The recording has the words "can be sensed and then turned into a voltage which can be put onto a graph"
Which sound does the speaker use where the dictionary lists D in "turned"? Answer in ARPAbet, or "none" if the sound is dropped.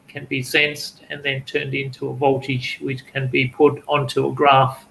D